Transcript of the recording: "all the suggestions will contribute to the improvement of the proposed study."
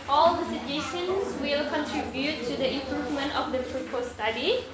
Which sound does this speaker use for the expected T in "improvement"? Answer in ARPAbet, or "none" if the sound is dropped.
T